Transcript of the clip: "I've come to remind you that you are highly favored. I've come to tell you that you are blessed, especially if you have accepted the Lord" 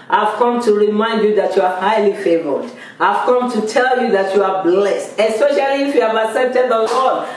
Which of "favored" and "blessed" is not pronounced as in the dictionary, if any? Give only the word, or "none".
none